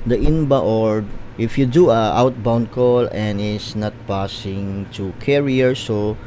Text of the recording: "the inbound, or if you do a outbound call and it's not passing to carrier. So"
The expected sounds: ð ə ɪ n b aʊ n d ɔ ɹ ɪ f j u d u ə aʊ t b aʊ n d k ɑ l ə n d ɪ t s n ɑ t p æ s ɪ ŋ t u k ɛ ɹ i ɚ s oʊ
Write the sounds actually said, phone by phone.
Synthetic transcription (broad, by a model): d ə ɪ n b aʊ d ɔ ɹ ɪ f j u d u ə aʊ t b aʊ n d k ɑ l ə n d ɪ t s n ɑ t p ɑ s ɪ ŋ t u k ɛ ɹ i ɚ s oʊ